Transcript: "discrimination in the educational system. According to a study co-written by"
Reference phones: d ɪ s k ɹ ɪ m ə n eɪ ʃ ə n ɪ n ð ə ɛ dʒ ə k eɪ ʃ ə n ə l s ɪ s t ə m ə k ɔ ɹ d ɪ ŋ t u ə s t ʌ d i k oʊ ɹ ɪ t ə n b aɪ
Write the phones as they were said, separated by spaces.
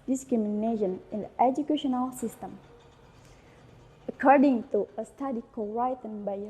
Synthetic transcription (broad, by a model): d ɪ s k ɹ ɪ m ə n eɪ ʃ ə n ɪ n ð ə ɛ dʒ ə k eɪ ʃ ə n ə l s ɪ s t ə m ə k ɔ ɹ d ɪ ŋ t u ə s t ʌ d i k oʊ w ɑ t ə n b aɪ